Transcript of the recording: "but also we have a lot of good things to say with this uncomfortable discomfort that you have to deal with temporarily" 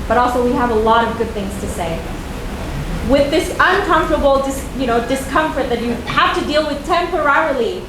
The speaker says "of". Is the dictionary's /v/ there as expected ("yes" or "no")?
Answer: yes